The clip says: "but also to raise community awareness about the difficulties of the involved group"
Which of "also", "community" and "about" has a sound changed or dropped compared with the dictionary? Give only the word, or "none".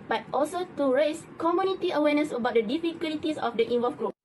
none